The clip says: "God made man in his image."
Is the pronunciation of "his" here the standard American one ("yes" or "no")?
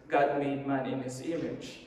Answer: no